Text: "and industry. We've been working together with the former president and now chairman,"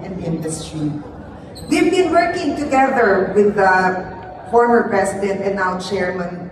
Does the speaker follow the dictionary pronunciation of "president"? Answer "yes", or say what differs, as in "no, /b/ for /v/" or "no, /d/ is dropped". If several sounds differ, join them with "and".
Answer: no, /s/ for /z/